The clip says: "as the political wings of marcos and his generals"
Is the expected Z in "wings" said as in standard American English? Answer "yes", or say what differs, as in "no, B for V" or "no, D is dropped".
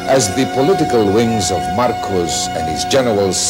yes